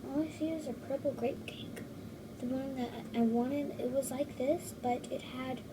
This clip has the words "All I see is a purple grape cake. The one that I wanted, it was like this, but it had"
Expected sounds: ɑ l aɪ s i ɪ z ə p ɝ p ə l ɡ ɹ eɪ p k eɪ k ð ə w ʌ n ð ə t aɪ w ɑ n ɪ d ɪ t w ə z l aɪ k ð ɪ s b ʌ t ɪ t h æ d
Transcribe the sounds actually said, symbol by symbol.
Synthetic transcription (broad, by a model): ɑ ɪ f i ɪ z ə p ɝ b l ɡ ɹ eɪ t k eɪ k ð ə w ʌ n ð ə t aɪ w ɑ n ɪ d ɪ t w ə z l aɪ k ð ɪ s b ʌ t ɪ t h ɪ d